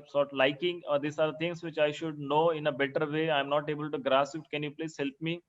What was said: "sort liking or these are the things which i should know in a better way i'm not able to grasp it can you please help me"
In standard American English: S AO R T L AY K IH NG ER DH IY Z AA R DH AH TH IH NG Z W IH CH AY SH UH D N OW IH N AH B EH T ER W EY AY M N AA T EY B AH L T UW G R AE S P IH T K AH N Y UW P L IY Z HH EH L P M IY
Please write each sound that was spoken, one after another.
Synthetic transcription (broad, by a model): S AO R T L AY K IH NG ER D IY S AA R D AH T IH NG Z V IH CH AY SH UH D N OW IH N AH B EH T ER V EY AY M N AA T EY B AH L T UW G R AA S IH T K AH N Y UW P L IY S HH EH L P M IY